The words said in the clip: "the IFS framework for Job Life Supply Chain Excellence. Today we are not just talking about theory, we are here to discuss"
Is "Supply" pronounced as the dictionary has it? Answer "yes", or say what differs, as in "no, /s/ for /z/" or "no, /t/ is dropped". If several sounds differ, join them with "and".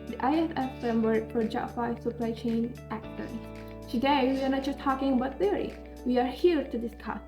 yes